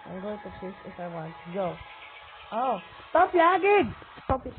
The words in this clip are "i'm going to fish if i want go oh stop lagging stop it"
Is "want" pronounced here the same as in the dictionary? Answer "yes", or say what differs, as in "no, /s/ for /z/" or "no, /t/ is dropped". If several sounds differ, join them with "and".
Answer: yes